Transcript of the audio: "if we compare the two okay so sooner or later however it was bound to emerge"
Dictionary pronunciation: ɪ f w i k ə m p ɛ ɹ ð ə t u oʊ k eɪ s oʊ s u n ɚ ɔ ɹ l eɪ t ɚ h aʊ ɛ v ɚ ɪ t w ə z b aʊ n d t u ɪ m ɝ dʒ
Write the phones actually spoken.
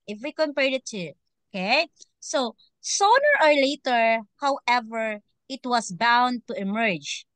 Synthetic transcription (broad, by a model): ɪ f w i k ə m p ɛ ɹ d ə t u oʊ k eɪ s oʊ s u n ɚ ɔ ɹ l eɪ t ɚ h aʊ ɛ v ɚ ɪ t w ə s b aʊ n d t u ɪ m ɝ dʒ